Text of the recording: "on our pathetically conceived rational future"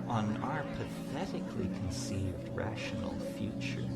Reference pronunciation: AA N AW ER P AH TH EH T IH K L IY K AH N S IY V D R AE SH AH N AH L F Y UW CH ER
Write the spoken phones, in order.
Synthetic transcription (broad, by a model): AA N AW ER P AH TH EH T IH K L IY K AH N S IY V D R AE SH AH N L F Y UW CH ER